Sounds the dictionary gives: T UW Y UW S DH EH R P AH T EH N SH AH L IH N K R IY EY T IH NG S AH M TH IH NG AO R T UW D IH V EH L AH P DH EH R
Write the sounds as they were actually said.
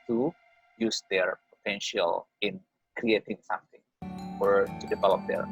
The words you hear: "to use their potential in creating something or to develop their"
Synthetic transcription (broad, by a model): T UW Y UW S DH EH R P AH T EH N SH AH L IH N K R IY EY T IH NG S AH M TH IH NG AO R T UW D IH V EH L AH P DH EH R